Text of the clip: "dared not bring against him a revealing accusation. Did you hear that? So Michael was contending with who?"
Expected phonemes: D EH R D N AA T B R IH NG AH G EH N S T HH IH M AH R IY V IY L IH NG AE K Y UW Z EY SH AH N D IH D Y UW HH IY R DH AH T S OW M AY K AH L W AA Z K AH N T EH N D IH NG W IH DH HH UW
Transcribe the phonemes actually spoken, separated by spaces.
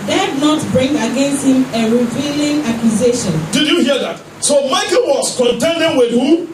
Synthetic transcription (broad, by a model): D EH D N AA T B R IH NG AH G EH N S T HH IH M AH R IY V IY L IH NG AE K Y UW Z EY SH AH N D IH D Y UW HH IY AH DH AH T S OW M AY K AH L W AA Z K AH N T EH N D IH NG W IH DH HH UW